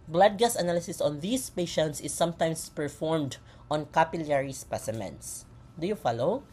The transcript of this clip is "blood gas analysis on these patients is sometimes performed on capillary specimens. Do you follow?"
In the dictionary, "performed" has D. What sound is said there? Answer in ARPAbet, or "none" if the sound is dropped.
D